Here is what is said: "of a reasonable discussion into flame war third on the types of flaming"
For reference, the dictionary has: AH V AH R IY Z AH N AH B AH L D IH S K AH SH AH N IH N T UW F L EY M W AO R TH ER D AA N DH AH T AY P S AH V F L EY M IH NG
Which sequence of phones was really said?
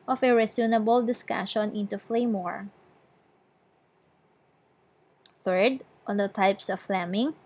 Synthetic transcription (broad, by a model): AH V AH R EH S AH N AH B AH L D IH S K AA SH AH N IH N T UW F L EY M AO R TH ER D AA N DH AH T AY P S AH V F L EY M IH NG